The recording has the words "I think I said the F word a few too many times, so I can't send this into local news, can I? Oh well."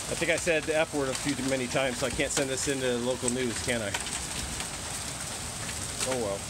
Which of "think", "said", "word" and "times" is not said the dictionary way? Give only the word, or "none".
none